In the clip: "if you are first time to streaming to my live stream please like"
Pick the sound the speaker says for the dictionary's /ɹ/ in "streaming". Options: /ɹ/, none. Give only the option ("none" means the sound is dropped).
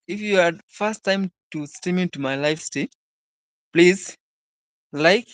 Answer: none